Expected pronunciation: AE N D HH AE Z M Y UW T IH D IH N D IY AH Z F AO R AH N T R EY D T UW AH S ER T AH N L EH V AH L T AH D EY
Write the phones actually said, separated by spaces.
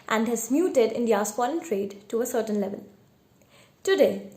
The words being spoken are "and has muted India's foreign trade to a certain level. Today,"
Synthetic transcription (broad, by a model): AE N D HH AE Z M Y UW T IH D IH N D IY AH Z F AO L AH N T R EY D T UW AH S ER T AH N L EH V AH L T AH D EY